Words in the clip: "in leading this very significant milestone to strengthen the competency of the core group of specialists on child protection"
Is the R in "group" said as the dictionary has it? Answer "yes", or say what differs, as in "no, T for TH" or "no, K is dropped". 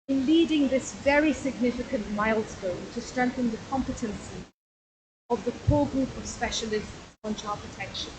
yes